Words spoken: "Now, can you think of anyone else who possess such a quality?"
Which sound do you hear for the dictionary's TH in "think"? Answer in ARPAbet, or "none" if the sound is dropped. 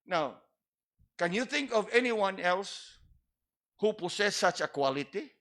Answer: TH